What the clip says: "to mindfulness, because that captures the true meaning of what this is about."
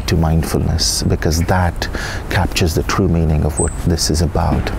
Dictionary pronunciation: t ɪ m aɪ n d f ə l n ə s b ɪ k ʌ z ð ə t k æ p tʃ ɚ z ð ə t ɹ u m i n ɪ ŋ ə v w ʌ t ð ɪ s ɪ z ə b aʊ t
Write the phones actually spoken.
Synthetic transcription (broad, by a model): t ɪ m aɪ n d f ə l n ə s b ɪ k ʌ z ð ə t k æ p tʃ ɚ z ð ə t ɹ u m i n ɪ ŋ ə v w ʌ t ð ɪ s ɪ z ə b aʊ t